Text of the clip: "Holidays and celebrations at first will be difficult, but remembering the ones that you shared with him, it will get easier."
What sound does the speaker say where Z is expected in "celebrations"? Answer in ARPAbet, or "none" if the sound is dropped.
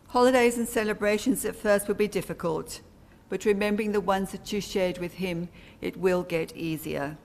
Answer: Z